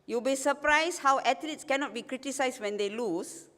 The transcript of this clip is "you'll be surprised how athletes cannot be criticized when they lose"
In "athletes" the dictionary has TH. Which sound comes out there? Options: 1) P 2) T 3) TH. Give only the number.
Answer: 2